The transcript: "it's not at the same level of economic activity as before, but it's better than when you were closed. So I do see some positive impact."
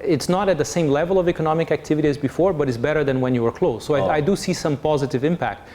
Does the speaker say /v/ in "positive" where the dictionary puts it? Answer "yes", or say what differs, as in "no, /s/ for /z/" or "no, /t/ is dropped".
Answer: yes